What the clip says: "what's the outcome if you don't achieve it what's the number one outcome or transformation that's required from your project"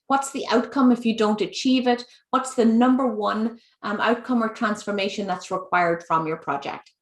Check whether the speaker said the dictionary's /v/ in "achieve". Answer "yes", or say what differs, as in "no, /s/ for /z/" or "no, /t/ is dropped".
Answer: yes